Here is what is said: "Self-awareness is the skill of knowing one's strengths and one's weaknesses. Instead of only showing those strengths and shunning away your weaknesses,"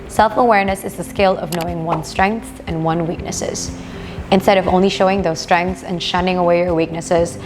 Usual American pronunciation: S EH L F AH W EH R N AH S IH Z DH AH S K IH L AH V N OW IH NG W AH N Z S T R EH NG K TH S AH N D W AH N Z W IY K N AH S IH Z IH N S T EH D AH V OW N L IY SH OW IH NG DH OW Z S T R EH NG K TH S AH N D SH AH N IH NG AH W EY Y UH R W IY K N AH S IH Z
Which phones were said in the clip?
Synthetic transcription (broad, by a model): S EH L F AH W EH R N AH S IH Z DH AH S K IH L AH V N OW IH NG W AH N S T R EH NG K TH AH N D W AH N W IY K N AH S IH Z IH N S T EH D AH V OW N L IY SH OW IH NG DH OW Z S T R EH NG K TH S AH N SH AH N IH NG AH W EY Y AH R W IY K N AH S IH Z